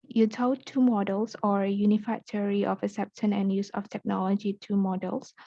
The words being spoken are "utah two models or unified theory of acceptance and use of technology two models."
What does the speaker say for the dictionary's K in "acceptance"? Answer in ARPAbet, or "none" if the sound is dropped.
none